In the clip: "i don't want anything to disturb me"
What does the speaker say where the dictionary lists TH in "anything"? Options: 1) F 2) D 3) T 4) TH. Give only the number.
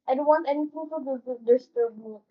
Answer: 3